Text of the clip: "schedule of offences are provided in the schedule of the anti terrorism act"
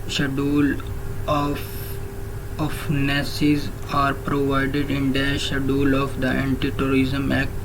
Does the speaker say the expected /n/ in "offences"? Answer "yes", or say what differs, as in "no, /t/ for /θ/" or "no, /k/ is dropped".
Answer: no, /n/ is dropped